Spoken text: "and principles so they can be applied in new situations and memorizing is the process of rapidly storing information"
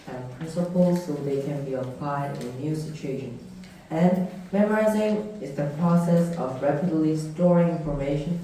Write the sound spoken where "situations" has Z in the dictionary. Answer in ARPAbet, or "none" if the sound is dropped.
none